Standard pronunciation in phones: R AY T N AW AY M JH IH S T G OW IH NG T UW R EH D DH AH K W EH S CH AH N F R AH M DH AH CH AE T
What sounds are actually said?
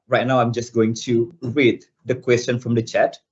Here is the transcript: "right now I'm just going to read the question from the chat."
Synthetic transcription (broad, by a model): R AY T N AW AY M JH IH S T G OW IH NG T UW W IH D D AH K W EH S CH AH N F R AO M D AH CH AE T